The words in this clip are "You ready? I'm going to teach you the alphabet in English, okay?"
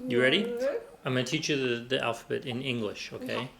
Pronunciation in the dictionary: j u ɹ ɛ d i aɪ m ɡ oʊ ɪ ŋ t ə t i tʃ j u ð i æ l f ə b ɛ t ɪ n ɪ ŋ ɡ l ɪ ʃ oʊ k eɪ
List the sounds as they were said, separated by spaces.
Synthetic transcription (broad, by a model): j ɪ ɹ ɛ d i aɪ m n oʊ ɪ t ə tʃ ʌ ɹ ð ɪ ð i æ l f ə b ɛ t ɪ n ɪ ŋ ɡ l ɪ ʃ oʊ k eɪ